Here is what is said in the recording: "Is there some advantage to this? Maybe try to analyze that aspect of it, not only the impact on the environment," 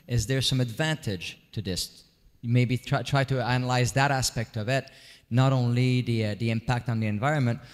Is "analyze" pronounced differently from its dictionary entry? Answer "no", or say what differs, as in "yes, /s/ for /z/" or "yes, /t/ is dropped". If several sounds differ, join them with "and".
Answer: no